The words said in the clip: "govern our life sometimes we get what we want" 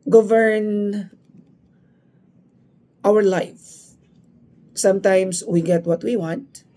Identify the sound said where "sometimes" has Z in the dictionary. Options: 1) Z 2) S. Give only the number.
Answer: 2